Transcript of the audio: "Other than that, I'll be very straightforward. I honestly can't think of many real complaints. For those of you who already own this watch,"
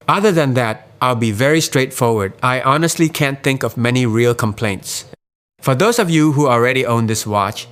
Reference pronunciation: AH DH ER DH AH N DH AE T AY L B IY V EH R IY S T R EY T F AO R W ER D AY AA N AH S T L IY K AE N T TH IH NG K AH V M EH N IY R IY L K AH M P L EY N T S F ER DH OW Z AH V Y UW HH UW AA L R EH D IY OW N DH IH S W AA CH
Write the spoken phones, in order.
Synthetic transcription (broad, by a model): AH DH ER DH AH N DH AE T AY L B IY V EH R IY S T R EY T F AO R W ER D AY AA N AH S T L IY K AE N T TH IH NG K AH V M EH N IY R IY L K AH M P L EY N T S F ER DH OW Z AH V Y UW HH UW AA L R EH D IY OW N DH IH S W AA CH